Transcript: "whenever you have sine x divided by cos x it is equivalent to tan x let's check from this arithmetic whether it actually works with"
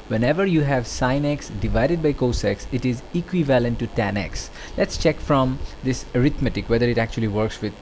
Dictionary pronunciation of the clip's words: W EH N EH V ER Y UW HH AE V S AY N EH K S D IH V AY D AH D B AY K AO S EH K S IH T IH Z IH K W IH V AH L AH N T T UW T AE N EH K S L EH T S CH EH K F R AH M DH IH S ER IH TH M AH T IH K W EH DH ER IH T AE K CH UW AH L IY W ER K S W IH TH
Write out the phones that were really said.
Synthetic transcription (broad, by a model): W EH N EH V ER Y UW HH AE V S AY N EH K S D IH V AY D AH D B AY K AO S EH K S IH T IH Z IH K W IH V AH L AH N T T UW T AE N EH K S L EH T S CH EH K F R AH M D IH S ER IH T M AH T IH K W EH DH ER IH T AE K CH UW AH L IY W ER K S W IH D